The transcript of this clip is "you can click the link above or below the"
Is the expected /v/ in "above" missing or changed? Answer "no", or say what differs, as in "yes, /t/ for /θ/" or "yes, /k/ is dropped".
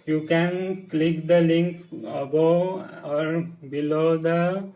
yes, /v/ is dropped